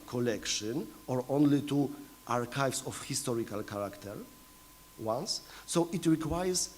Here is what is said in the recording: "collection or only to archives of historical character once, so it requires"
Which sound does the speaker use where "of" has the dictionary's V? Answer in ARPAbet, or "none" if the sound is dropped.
F